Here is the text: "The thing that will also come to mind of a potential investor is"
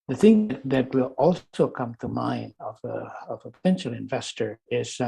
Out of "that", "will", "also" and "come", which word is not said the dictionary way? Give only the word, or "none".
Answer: also